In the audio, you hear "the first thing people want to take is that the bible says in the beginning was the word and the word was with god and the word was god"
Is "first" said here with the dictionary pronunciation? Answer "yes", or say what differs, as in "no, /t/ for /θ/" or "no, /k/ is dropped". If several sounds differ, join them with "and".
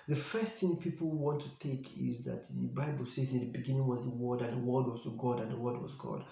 yes